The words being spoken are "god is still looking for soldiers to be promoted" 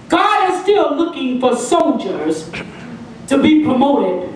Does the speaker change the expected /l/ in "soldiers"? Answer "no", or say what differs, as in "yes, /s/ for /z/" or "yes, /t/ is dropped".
yes, /n/ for /l/